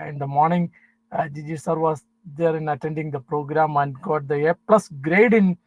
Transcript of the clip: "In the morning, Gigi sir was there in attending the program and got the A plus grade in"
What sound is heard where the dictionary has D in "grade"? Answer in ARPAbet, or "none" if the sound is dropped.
D